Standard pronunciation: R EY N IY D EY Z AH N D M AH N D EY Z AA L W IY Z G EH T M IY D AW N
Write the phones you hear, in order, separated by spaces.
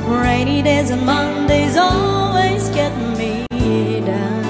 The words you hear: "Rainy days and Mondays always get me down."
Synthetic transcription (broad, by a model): R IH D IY D EY Z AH N M AH N D EY Z AA L W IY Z G EH T M IY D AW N